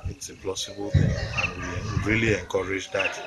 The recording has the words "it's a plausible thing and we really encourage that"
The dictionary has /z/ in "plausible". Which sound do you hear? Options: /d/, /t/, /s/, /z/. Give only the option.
/s/